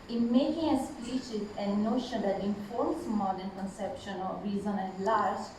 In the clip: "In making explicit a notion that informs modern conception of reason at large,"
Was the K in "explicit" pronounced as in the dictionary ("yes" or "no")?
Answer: no